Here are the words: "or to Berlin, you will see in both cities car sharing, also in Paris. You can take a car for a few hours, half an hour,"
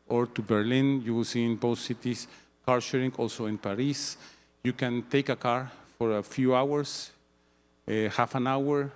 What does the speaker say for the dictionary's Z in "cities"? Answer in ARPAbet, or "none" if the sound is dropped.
S